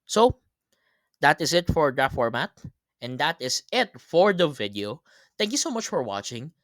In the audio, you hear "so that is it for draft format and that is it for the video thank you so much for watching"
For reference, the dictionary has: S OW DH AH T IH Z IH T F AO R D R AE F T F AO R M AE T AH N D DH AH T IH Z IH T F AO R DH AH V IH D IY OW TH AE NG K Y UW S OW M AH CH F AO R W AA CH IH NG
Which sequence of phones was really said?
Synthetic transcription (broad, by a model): S OW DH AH T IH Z IH T F AO R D AH T F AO R M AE T AH N D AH T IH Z IH T F AO R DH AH V IH D IY OW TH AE NG K Y UW S OW M AH CH F AO R W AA CH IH NG